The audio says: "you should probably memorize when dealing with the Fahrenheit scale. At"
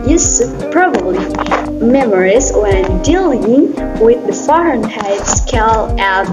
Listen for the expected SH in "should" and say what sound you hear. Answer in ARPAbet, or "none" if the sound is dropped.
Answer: S